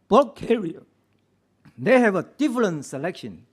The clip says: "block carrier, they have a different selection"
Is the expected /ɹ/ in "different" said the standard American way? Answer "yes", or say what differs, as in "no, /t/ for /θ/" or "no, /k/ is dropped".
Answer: no, /l/ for /ɹ/